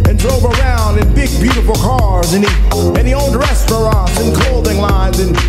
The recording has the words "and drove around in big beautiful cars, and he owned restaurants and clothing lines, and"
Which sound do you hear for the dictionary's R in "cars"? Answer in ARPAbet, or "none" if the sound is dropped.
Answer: R